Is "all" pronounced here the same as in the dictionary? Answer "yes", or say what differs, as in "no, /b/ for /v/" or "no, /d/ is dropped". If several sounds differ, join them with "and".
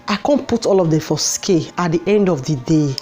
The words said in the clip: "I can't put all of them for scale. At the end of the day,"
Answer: yes